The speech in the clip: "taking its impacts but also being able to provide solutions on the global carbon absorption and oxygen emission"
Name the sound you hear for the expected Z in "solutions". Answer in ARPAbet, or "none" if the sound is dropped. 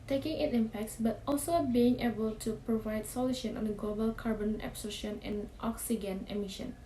none